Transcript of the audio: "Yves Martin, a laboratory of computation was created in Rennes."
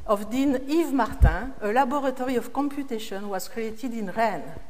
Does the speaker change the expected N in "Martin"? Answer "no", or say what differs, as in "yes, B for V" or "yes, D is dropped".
yes, N is dropped